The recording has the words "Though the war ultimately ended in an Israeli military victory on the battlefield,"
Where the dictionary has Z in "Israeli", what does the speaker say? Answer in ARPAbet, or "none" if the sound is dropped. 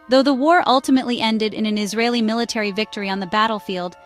Z